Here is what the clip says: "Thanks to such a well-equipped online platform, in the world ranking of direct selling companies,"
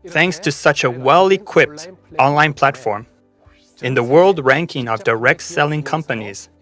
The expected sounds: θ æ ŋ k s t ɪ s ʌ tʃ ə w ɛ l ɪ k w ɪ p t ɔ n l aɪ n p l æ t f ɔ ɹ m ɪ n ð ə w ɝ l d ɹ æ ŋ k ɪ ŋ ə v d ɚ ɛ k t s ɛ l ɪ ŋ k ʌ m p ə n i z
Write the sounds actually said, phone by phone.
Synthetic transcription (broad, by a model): θ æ ŋ k s t ɪ s ʌ tʃ ə w ɛ l ɪ k w ɪ p t ɔ n l aɪ n p l æ t f ɔ ɹ m ɪ n ð ə w ɝ l d ɹ æ ŋ k ɪ ŋ ə v d ɚ ɛ k t s ɛ l ɪ ŋ k ʌ m p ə n i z